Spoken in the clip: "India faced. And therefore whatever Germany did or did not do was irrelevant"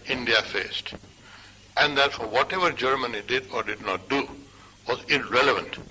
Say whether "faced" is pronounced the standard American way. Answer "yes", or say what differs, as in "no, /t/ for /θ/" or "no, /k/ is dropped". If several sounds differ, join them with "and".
yes